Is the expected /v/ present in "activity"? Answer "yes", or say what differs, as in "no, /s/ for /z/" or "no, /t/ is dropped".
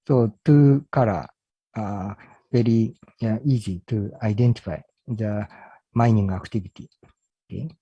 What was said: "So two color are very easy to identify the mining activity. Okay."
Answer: no, /b/ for /v/